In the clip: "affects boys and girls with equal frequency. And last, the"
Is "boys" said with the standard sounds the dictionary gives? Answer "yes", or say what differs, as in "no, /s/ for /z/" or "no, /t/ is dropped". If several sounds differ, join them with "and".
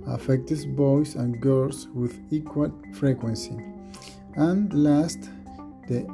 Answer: no, /s/ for /z/